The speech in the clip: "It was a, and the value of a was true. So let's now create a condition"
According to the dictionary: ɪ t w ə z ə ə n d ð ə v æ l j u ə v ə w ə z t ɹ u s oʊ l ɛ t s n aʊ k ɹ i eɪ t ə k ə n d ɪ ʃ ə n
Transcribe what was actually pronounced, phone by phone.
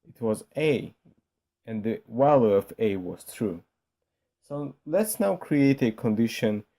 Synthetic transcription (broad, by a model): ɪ t w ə z ə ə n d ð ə w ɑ l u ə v ə w ə z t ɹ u s oʊ l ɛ t s n aʊ k ɹ i eɪ t ə k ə n d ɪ ʃ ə n